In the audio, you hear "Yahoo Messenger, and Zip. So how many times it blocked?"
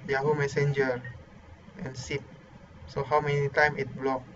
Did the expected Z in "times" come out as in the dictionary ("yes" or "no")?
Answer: no